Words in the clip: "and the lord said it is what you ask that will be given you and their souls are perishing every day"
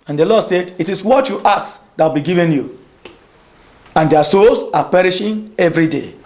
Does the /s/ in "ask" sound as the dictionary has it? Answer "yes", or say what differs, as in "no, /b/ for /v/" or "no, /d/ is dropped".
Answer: no, /s/ is dropped